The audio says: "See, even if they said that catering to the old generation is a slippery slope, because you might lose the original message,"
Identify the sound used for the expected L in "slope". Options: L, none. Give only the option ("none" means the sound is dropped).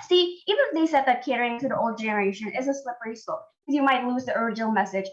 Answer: none